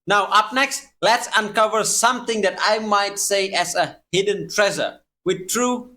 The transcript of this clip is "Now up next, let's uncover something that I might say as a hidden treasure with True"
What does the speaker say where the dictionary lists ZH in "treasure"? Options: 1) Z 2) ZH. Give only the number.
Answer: 1